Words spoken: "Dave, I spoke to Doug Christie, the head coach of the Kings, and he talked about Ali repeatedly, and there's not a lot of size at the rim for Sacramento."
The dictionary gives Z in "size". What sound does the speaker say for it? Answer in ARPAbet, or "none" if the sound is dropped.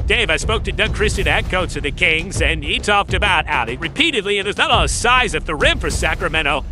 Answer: Z